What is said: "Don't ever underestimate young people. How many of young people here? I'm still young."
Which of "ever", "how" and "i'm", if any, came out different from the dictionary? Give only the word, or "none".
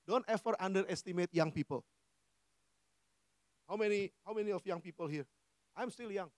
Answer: ever